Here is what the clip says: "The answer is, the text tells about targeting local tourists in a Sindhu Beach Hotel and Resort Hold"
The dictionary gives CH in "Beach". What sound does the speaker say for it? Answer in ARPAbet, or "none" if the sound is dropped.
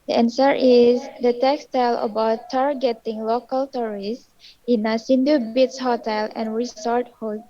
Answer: S